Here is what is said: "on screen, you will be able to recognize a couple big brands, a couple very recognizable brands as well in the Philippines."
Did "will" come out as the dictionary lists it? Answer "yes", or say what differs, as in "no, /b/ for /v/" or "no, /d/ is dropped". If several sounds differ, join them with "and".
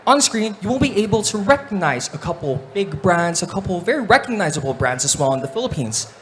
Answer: no, /n/ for /l/